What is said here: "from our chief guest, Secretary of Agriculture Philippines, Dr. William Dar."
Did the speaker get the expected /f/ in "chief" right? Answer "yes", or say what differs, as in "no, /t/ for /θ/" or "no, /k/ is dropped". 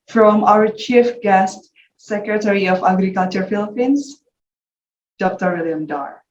yes